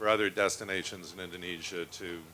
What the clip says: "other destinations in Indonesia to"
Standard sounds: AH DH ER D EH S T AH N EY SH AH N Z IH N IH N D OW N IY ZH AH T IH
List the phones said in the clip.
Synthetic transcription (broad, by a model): AH DH ER D EH S T AH N EY SH AH N Z IH N IH N D OW N IY ZH AH T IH